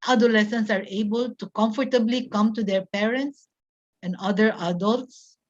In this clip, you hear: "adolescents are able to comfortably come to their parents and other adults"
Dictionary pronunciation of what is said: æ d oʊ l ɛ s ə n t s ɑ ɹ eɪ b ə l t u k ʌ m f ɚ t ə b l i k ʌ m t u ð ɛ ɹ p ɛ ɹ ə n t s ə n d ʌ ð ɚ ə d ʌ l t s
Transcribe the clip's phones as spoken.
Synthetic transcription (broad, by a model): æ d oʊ l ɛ s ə n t s ɑ ɹ eɪ b ə l t u k ʌ m f ɚ t ə b l i k ʌ m t u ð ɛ ɹ p ɛ ɹ ə n t s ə n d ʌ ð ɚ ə d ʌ l t s